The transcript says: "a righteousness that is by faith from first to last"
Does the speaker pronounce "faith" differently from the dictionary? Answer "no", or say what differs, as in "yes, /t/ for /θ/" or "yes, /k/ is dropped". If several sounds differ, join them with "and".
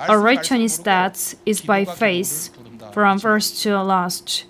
yes, /s/ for /θ/